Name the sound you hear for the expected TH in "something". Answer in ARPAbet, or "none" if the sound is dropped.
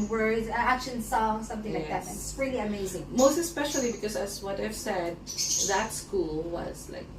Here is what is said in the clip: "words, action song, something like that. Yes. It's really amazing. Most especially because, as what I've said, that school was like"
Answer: TH